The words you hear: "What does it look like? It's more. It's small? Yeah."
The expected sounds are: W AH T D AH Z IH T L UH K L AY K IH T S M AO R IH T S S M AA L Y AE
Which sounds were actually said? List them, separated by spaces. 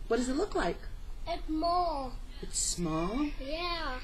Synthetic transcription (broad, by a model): W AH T D AH Z IH T L UH K L AY K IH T M AO L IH T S S M AA L Y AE